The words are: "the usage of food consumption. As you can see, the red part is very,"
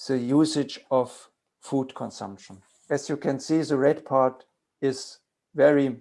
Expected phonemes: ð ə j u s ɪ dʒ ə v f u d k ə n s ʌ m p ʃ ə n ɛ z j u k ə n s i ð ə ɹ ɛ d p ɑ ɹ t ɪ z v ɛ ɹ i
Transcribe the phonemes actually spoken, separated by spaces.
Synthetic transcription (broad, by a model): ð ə j u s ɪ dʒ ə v f u d k ə n s ʌ m p ʃ ə n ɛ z j u k ə n s i ð ə ɹ ɛ d p ɑ ɹ t ɪ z v ɛ ɹ i